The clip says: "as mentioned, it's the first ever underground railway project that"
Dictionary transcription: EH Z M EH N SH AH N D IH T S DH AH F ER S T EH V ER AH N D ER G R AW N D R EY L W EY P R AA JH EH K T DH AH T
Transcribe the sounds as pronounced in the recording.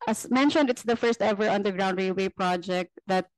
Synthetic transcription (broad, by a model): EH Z M EH N SH AH N D IH T S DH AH F ER S T EH V ER AH N D ER G R AW N D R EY W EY P R AA JH EH K T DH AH T